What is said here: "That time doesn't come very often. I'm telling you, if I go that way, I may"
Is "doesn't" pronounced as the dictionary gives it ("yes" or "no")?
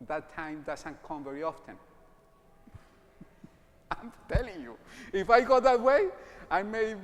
no